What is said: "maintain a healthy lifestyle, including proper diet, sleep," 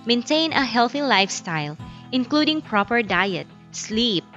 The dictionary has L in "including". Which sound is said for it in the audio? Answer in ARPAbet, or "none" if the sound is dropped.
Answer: L